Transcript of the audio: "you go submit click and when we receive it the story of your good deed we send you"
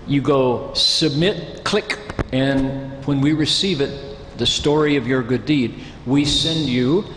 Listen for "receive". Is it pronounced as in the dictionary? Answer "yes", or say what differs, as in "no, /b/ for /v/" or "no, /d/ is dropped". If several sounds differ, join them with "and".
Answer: yes